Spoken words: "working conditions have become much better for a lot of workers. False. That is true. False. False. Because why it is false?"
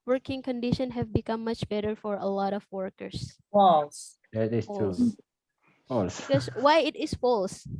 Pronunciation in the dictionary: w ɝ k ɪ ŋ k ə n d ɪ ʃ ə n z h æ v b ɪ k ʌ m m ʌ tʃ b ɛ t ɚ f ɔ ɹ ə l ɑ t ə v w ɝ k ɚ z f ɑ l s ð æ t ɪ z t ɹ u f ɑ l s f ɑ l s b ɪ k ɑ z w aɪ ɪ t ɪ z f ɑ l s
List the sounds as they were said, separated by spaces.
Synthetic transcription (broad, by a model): w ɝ k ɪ ŋ k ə n d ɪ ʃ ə n h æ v b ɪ k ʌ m m ʌ tʃ b ɛ t ɚ f ɔ ɹ ə l ɑ t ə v w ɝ k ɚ s f ɑ l s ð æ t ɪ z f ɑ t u f ɑ l s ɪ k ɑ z w aɪ ɪ t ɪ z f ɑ l s